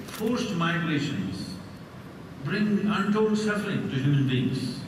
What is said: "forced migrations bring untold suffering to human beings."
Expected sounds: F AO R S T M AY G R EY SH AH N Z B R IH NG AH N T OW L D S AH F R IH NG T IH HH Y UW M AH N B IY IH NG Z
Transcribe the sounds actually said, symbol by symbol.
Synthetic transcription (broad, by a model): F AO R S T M AY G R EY SH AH N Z B R IH NG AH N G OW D S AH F L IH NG T IH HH Y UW M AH N B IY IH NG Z